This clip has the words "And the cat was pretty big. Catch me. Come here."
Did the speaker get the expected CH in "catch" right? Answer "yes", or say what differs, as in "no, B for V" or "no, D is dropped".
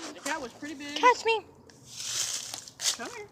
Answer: no, S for CH